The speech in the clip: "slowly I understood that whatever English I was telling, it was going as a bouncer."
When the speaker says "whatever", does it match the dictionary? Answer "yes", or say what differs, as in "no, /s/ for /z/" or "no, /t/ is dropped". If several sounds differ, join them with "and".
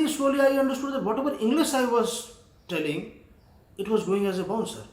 no, /b/ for /v/